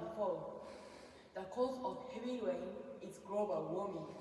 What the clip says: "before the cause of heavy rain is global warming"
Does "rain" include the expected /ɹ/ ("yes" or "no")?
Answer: no